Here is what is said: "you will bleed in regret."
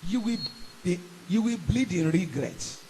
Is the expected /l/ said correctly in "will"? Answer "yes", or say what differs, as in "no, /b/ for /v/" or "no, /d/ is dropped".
no, /w/ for /l/